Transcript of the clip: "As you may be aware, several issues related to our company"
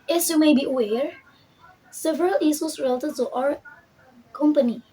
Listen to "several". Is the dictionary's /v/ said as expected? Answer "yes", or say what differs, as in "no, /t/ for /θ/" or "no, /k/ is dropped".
yes